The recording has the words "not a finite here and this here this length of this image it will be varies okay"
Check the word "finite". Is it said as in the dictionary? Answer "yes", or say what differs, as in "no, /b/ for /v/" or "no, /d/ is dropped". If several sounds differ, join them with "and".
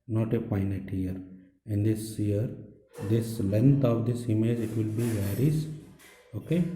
no, /p/ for /f/